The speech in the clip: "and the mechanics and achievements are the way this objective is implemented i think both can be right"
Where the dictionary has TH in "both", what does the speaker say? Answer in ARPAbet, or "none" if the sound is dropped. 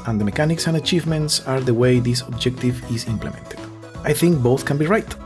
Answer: TH